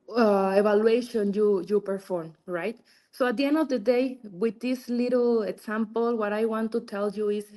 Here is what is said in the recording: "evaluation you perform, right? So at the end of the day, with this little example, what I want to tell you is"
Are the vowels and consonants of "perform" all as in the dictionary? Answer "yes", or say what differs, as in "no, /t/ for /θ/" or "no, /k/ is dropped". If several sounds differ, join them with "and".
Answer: yes